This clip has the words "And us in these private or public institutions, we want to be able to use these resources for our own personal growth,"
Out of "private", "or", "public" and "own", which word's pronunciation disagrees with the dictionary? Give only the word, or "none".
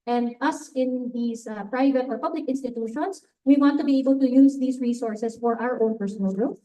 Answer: none